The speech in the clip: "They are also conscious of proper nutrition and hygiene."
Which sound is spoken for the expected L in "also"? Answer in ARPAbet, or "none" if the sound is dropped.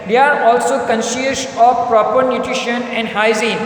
L